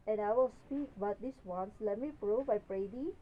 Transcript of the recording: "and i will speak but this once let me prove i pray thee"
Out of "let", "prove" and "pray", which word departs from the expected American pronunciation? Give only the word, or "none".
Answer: prove